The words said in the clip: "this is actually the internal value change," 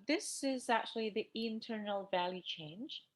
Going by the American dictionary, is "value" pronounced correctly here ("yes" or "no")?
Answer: yes